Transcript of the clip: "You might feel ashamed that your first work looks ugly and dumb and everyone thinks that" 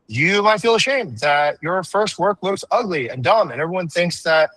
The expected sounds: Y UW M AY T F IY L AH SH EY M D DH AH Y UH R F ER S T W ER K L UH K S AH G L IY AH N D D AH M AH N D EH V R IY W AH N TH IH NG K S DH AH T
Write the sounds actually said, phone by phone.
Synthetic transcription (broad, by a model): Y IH M AY T F IY L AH SH EY M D DH AH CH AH R F ER S T W ER K L UH K S AH G L IY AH N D D AH M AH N EH V R IY W AH N TH IH NG K S DH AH T